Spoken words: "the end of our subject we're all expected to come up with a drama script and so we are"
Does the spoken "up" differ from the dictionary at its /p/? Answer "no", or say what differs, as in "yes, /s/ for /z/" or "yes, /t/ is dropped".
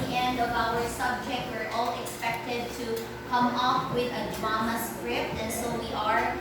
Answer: yes, /f/ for /p/